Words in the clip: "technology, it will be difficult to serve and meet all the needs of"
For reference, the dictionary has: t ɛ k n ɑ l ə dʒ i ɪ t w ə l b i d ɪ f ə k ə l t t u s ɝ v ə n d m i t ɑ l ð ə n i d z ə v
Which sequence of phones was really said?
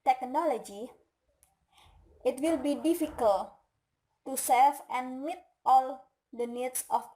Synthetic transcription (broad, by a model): t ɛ k n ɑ l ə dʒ i ɪ t w ə l b i d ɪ f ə k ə l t t u s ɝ f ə n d m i t ɑ l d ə n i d s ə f